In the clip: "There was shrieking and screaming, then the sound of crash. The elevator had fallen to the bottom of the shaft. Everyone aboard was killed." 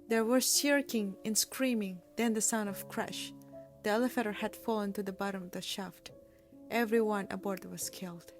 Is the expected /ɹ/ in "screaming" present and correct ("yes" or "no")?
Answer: yes